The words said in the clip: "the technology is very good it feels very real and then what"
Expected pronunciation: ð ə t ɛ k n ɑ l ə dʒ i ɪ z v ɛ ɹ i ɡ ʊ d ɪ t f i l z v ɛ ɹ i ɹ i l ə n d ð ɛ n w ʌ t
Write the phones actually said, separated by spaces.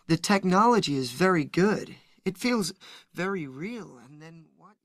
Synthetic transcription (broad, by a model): ð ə t ɛ k n ɑ l ə dʒ i ɪ z v ɛ ɹ i ɡ ʊ d ɪ t f i l z v ɛ ɹ i ɹ i l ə n ð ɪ n w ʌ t